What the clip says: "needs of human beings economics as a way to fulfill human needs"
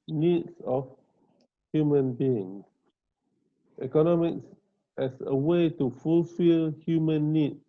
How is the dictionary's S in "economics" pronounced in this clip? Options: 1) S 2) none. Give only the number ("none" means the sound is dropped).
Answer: 1